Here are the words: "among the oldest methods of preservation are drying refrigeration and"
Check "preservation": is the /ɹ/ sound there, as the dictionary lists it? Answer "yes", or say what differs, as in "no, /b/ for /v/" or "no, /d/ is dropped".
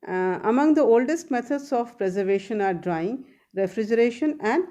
yes